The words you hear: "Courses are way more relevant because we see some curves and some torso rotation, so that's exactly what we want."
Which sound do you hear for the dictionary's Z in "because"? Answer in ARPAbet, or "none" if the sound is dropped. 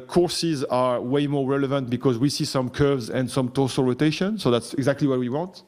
Z